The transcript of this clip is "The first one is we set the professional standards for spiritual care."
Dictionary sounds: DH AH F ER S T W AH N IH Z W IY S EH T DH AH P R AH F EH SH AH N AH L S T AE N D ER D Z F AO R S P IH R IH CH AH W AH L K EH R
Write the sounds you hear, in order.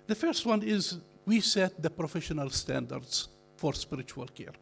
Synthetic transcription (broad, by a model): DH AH F ER S T W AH N IH Z W IY S EH T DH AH P R AH F EH SH AH N AH L S T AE N D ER D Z F AO R S P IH R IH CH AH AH L K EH R